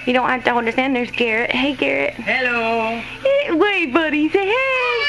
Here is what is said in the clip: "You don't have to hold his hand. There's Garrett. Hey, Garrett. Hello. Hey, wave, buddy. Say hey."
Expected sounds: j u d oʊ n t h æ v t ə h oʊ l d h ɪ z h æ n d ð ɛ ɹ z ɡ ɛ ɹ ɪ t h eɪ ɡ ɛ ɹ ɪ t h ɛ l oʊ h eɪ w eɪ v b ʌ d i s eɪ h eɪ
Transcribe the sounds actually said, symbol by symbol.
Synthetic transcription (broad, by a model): j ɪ d oʊ n t h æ f t ə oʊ n d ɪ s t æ n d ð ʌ ɹ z ɡ ɛ ɹ ɪ t h eɪ ɡ ɛ ɹ ɪ t h ɛ l oʊ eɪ w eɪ b ʌ d i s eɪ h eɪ